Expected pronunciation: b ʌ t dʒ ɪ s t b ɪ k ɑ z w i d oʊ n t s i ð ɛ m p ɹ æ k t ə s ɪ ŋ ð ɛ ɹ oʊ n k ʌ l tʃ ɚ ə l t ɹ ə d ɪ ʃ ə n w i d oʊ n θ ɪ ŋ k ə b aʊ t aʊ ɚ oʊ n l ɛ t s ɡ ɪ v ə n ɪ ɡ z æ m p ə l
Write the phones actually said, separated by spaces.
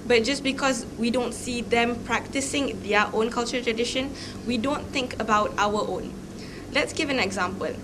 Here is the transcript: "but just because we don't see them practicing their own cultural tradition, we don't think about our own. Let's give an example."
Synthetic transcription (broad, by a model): b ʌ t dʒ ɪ s b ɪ k ɑ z w i d oʊ n t s i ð ɛ m p ɹ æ k t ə s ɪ ŋ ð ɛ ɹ oʊ n k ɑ l tʃ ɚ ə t ɹ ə d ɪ ʃ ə n w i d oʊ n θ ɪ ŋ k ə b aʊ t aʊ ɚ oʊ n l ɛ t s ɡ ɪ v ə n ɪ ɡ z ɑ m p ə l